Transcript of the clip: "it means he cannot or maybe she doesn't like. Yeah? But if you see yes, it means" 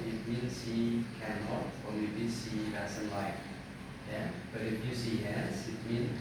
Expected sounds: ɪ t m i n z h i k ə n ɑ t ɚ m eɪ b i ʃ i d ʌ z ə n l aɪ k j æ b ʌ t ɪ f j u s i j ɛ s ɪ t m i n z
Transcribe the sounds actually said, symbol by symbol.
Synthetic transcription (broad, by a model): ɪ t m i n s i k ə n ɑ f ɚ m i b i s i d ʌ s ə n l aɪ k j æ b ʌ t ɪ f j u s i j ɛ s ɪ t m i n